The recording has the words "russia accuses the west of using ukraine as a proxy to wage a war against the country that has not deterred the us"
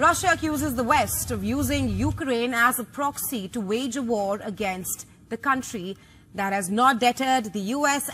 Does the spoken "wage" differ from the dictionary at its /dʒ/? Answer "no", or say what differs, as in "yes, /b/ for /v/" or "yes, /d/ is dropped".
no